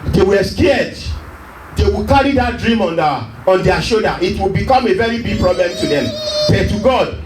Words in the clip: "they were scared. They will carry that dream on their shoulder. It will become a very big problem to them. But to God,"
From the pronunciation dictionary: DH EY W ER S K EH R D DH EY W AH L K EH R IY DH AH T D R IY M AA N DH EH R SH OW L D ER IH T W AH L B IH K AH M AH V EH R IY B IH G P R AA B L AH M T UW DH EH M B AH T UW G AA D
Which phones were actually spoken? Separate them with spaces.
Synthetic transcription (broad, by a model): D EY W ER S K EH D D EY W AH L K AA R IY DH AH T D R IY M AA N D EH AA SH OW D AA IH T W AH L B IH K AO M AH V EH R IY B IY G P R AA B L AH M T UW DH EH M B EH T UW G AA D